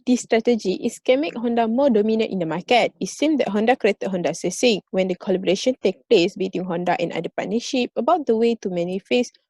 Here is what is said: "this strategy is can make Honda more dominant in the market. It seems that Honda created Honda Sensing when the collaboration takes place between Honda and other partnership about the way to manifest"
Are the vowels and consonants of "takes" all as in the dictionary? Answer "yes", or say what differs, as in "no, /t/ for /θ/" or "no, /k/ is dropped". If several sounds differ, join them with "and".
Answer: no, /s/ is dropped